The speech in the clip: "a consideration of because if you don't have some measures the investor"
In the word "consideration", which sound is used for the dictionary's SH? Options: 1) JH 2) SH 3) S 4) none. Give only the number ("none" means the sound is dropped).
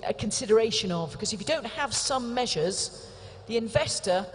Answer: 2